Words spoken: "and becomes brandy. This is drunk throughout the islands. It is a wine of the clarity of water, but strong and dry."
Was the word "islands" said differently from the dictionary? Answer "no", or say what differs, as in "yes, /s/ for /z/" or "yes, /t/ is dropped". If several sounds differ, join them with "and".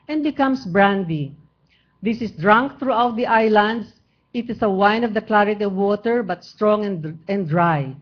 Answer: yes, /s/ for /z/